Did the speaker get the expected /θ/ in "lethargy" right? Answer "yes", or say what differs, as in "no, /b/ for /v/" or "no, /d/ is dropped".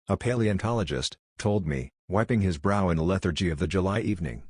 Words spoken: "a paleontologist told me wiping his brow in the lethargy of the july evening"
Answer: yes